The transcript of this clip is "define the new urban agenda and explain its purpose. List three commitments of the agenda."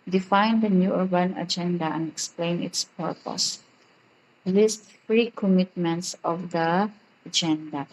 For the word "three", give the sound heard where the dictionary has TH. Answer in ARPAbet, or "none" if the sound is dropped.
F